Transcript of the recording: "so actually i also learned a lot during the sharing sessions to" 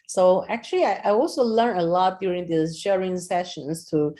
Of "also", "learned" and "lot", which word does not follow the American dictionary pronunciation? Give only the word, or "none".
learned